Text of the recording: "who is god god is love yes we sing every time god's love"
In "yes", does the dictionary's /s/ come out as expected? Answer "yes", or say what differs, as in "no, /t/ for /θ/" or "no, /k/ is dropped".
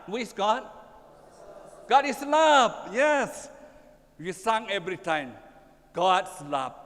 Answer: yes